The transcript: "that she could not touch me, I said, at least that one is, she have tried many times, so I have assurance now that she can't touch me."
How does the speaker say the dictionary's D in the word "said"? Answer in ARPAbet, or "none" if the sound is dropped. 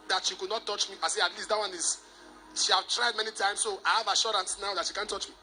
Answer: none